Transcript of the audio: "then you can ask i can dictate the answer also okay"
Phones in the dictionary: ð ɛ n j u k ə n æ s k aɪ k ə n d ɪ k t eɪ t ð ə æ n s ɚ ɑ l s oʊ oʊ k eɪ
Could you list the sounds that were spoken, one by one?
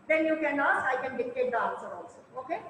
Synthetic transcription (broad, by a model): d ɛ n j u k ə n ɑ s aɪ k ə n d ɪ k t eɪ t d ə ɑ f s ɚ ɑ l s oʊ oʊ k eɪ